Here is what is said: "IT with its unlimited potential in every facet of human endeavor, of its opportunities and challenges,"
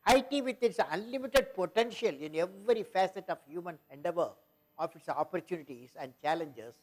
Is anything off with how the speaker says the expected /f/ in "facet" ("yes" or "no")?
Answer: no